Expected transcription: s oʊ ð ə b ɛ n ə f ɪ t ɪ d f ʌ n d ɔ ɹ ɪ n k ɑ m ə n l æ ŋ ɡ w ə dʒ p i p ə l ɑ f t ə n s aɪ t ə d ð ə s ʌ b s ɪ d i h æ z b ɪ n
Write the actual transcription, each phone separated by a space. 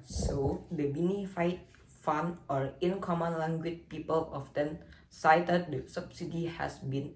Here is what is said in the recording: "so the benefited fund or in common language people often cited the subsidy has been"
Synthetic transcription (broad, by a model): s oʊ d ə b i n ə f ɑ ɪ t f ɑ n ɔ ɹ ɪ n k ɑ m ə n l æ ŋ ɡ w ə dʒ p i p ə l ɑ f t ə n s aɪ t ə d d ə s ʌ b s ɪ d i h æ s b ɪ n